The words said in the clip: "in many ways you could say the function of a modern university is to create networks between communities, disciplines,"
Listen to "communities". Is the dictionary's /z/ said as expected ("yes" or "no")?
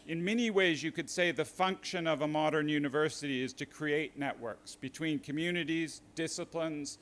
yes